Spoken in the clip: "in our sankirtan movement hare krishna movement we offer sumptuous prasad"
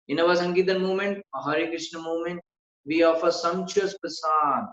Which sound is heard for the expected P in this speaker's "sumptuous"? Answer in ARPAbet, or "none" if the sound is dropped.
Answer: none